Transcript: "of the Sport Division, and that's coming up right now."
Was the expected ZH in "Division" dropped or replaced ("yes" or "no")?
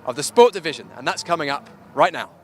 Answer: no